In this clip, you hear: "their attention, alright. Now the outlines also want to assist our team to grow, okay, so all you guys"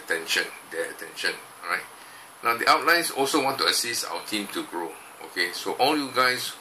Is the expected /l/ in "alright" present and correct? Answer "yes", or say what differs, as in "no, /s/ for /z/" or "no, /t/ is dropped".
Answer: no, /l/ is dropped